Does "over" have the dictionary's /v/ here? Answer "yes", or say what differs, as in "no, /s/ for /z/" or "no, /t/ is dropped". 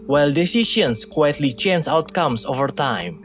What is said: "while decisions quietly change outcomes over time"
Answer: yes